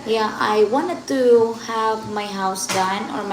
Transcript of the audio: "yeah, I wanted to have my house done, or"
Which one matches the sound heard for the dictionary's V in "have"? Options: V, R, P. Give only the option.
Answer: V